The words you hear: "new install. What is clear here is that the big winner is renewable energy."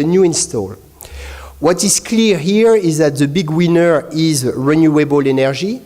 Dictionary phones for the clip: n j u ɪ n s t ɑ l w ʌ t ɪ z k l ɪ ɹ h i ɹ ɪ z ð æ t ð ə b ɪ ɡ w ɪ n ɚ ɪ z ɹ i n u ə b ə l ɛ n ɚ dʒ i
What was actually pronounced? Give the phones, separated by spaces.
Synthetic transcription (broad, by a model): n j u ɪ n s t ɑ l w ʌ t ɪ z k l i ɹ h i ɹ ɪ z ð æ t ð ə b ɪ ɡ w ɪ n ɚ ɪ z ɹ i n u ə b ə l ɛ n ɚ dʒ i